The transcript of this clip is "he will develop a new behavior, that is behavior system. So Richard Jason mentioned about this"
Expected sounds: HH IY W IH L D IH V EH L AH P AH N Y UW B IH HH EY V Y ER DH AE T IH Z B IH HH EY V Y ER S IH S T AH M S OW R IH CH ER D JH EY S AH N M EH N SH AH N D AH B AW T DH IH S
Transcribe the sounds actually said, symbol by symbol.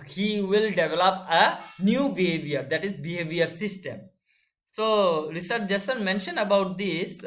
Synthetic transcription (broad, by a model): HH IY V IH L D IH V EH L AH P AH N Y UW B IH HH EY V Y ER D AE T IH Z B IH HH EY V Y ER S IH S T AH M S OW R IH S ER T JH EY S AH N M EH N SH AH N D AH B AW T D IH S